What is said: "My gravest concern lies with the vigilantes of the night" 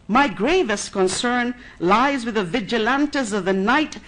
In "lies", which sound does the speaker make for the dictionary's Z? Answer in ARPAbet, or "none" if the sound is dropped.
Z